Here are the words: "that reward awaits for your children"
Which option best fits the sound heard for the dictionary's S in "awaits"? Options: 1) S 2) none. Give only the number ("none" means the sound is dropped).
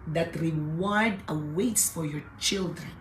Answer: 1